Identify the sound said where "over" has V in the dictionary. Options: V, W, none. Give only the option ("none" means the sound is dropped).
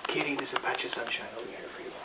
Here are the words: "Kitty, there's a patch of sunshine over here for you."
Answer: W